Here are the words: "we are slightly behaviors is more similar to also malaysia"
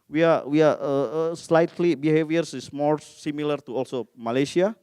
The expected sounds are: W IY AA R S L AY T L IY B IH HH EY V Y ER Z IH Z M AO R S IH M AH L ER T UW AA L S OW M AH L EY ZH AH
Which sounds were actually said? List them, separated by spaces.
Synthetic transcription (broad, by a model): W IY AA W S L AY T L IY B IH HH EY V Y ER S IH S M AO R S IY M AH L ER T UW AA L S OW M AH L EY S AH